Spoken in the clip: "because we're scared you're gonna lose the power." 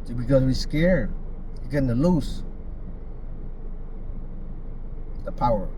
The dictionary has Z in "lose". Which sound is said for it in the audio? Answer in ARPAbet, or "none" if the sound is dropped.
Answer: S